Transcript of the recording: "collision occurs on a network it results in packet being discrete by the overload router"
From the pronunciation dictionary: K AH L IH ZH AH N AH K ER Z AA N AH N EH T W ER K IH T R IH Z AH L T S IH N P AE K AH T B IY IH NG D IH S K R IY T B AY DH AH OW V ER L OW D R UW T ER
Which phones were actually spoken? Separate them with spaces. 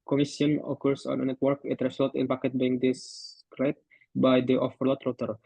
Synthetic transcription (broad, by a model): K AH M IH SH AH N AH K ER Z AA N AH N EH T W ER K IH T R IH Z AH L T IH N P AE K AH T B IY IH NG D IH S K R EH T B AY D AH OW F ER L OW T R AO T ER